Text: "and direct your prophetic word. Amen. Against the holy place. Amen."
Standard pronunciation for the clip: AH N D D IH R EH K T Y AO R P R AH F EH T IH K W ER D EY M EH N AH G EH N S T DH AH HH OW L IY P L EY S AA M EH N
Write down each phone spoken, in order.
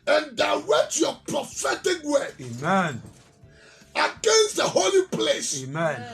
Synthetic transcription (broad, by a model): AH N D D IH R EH T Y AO P R AH F EH T IH K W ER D EY M EH N AH G EH N S T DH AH HH OW L IY P L EY S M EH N